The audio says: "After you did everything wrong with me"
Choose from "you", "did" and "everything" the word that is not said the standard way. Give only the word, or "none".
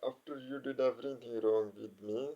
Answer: everything